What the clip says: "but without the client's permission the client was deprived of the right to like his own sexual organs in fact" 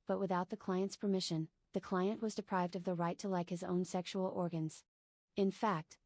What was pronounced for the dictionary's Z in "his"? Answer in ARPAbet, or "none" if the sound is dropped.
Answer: Z